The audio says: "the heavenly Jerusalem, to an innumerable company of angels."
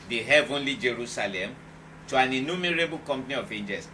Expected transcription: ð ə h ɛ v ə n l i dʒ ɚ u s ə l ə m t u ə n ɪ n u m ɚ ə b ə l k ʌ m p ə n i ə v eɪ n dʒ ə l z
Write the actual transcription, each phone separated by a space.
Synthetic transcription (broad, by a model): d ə h ɛ v ə n l i dʒ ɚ u s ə l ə m t u ə n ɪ n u m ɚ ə b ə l k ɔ m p n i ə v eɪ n dʒ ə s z